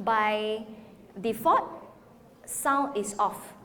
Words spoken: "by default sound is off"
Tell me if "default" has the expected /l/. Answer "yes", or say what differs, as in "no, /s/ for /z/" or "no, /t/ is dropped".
no, /l/ is dropped